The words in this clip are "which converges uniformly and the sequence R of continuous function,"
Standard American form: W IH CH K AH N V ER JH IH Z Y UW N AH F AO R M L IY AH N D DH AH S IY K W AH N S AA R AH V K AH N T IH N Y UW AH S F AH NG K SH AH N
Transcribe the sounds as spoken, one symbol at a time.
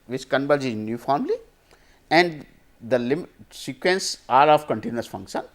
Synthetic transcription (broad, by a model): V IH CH K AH N B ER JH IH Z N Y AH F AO R M L IY AH N D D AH S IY K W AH N S AA R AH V K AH N T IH N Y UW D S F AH NG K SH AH N